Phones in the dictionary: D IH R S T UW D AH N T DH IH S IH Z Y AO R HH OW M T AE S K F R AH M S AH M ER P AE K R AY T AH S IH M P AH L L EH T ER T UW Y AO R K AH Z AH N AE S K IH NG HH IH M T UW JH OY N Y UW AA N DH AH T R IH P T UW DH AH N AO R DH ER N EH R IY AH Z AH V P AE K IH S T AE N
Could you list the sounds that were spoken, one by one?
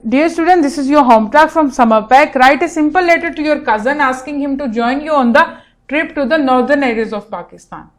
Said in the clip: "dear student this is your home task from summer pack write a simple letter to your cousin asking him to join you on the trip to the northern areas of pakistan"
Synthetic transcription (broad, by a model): D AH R S T UW D AH N T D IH S IH Z Y AO R HH OW M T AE K F R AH M S AH M ER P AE K R AY T AH S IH M P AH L L EH T ER T UW Y AO R K AH Z AH N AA S K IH NG HH IH M T UW JH OY N Y UW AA N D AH T R IH P T UW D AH N AO R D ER N EH R IY AH Z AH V P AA K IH S T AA N